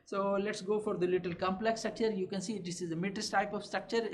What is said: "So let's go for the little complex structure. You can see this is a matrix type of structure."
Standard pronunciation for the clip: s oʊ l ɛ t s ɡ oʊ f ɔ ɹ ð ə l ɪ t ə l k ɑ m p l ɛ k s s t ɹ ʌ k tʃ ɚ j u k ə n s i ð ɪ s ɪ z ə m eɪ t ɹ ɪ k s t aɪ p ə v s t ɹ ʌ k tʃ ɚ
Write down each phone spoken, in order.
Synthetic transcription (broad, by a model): s oʊ l ɛ t s ɡ oʊ f ɔ ɹ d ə l ɪ t ə l k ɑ m p l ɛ k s s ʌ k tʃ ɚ j u k ə n s i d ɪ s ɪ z ə m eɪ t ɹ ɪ s t aɪ p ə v s t ɹ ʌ k tʃ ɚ